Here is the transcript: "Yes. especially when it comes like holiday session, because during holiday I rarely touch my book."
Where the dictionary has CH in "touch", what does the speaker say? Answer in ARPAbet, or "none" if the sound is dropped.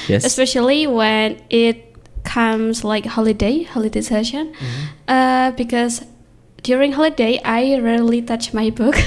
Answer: CH